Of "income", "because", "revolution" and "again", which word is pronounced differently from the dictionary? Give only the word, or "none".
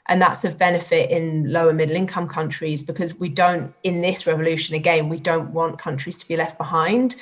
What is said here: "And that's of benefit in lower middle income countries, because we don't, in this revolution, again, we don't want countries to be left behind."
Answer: none